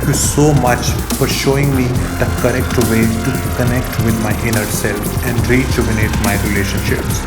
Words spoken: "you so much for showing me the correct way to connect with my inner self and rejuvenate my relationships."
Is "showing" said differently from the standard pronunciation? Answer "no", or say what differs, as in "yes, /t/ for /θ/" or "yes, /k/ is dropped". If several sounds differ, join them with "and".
no